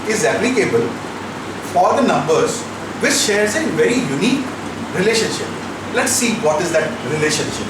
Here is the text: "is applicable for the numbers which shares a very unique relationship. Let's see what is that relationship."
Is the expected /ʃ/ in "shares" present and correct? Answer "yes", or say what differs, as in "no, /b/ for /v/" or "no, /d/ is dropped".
yes